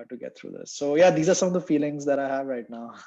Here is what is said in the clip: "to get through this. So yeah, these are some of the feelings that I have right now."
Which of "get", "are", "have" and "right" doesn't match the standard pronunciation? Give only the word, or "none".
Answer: none